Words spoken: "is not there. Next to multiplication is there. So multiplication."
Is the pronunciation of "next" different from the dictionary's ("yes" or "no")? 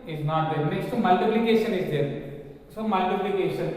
yes